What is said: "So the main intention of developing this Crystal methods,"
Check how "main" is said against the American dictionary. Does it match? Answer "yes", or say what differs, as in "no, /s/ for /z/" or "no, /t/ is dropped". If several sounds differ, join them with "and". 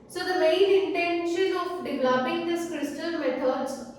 no, /l/ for /n/